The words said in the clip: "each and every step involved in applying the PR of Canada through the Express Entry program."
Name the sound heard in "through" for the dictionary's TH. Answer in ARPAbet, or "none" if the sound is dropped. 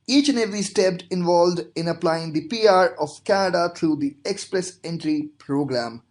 T